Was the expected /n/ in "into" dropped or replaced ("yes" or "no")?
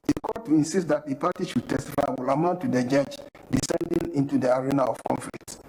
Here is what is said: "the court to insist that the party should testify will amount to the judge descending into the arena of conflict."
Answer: no